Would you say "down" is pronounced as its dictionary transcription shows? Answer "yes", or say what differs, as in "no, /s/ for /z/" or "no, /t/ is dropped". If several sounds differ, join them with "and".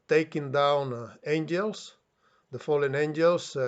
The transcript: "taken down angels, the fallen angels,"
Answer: yes